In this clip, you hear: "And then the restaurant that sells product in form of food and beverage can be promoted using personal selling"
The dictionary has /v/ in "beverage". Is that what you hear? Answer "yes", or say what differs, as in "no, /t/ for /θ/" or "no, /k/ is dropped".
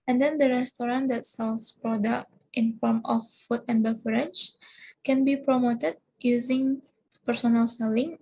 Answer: no, /f/ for /v/